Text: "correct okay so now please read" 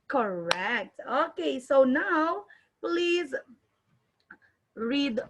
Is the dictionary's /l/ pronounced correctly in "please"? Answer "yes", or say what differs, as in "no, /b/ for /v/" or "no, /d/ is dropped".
yes